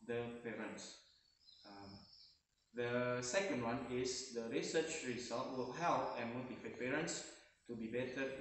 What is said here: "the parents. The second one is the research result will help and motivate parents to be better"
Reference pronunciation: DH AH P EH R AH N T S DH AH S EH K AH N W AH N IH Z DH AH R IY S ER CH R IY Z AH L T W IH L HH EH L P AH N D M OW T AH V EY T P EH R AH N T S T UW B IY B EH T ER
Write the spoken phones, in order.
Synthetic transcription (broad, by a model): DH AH P EH R AH N T S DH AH S EH K AH N W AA N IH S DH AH R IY S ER CH R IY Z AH L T W IH L HH EH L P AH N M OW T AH F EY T P EH R AH N T S T UW B IY B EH T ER